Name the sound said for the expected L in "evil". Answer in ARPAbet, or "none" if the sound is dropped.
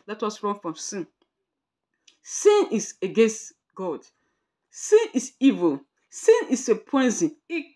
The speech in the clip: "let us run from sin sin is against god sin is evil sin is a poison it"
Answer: L